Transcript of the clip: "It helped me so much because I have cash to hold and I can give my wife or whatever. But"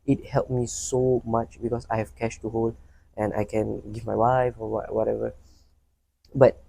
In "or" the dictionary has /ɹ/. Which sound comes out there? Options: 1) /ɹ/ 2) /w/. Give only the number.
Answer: 2